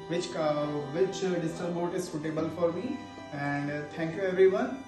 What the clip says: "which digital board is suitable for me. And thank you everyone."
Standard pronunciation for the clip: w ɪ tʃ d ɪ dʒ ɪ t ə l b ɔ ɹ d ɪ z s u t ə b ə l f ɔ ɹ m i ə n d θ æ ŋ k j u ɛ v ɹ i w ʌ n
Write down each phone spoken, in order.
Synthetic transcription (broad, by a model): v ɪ tʃ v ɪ tʃ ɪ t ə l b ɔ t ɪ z s u t ə b ə l f ɔ ɹ m i ə n d t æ ŋ k j u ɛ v ɹ i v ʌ n